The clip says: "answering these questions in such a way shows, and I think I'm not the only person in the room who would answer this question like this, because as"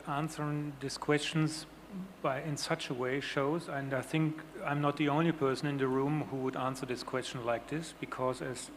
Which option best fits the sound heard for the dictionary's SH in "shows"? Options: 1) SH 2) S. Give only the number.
1